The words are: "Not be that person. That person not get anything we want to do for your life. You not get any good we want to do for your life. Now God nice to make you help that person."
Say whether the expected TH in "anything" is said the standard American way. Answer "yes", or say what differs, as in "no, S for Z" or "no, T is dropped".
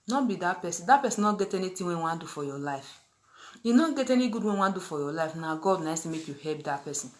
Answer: no, T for TH